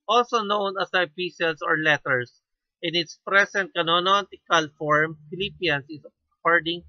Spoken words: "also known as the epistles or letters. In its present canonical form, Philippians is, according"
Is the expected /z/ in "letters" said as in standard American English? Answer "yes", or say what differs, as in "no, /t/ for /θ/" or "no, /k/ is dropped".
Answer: no, /s/ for /z/